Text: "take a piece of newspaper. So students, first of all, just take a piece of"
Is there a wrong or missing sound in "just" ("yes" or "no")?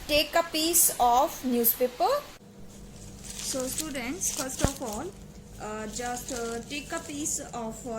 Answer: no